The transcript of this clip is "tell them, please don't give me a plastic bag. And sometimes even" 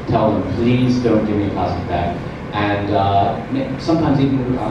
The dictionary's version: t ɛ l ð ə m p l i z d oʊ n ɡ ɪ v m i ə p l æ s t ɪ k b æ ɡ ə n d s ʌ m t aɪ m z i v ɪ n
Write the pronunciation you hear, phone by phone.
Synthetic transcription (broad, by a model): t ɛ l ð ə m p l i z d oʊ n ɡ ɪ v m i ə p æ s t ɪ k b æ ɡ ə n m s ʌ m t aɪ m z i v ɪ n